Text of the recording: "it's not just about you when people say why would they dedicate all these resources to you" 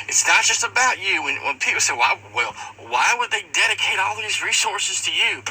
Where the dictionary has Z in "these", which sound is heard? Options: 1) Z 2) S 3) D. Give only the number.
1